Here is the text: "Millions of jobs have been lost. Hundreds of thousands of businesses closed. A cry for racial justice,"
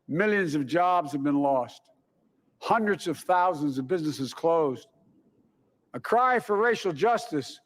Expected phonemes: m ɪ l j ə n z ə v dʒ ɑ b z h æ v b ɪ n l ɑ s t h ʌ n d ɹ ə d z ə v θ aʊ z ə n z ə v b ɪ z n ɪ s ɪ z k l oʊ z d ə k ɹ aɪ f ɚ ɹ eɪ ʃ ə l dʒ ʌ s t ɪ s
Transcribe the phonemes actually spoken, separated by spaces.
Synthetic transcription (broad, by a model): m ɪ l j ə n z ə v dʒ ɑ b z h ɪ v b ɪ n l ɑ s t h ʌ n d ɹ ə d z ə v θ aʊ z ə n z ə v b ɪ z n ɪ s ɪ z k l oʊ z d ə k ɹ aɪ f ɚ ɹ eɪ ʃ l dʒ ʌ s t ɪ s